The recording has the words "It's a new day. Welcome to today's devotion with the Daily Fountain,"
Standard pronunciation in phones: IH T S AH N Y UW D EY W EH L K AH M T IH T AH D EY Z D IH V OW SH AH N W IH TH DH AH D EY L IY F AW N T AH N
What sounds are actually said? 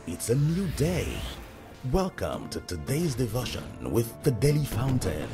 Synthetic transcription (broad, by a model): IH T S AH N Y UW D EY W EH L K AH M T IH T AH D EY Z D IH V OW SH AH N W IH DH AH D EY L IY F AW N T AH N